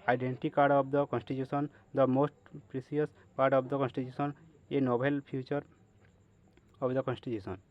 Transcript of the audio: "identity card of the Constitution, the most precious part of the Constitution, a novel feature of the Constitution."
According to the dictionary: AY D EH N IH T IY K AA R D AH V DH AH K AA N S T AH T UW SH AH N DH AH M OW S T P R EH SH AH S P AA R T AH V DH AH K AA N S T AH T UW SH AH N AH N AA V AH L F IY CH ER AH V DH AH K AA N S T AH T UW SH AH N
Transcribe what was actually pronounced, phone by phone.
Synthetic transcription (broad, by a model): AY D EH N T IY K AA R D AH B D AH K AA N S T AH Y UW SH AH N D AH M OW S T P R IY S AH S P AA R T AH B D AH K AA N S T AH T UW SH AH N AH N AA B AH L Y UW CH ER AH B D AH K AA N S T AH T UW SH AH N